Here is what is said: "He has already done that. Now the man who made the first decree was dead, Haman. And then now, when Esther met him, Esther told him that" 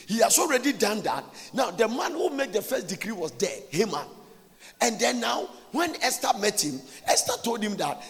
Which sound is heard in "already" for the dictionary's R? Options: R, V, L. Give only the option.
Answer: R